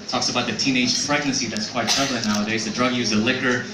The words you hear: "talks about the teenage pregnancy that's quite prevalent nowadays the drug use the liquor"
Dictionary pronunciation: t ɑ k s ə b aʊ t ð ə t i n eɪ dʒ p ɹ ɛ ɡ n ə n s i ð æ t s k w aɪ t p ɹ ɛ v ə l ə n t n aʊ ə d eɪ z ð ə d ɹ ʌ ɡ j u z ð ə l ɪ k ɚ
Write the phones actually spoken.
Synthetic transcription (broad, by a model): t ɑ k s ə b aʊ t ð ə t i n eɪ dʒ f ɹ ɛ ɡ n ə n s i ð æ t s k w aɪ t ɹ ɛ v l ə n n aʊ ə d eɪ z ð ə d ɹ ʌ ɡ j u z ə l ɪ k ɚ